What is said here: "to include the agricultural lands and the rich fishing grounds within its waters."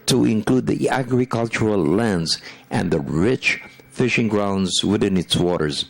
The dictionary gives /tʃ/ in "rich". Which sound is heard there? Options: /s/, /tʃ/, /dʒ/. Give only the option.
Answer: /tʃ/